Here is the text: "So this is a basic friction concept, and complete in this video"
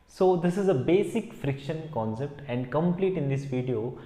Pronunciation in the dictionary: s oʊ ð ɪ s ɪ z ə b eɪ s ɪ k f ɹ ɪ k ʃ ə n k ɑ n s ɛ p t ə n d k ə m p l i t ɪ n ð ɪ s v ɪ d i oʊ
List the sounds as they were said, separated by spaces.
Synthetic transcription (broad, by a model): s oʊ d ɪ s ɪ z ə b eɪ s ɪ k f ɹ ɪ k ʃ ə n k ɑ n s ɛ p t ə n d k ə m p l i t ɪ n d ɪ s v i d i oʊ